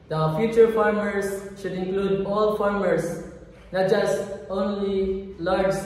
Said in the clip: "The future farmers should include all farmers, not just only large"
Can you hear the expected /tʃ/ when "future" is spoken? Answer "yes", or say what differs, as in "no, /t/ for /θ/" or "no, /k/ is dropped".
yes